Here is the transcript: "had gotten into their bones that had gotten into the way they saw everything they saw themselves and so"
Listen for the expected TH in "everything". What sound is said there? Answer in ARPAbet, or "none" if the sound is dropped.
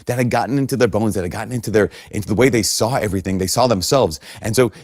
TH